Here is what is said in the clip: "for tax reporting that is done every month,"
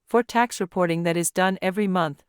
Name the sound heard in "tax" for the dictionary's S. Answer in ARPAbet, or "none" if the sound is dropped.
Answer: S